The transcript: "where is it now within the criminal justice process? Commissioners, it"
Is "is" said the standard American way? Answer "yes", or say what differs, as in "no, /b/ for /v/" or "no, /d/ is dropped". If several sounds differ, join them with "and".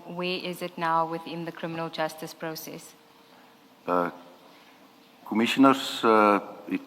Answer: yes